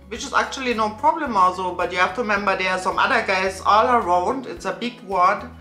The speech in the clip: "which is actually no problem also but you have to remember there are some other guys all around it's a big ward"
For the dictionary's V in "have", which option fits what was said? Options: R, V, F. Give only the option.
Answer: F